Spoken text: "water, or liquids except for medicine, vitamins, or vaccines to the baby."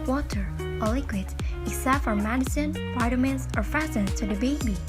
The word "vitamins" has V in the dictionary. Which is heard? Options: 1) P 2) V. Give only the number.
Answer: 1